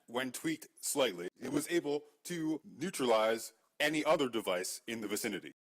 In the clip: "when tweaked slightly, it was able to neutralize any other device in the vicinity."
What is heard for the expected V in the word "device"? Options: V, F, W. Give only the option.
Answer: V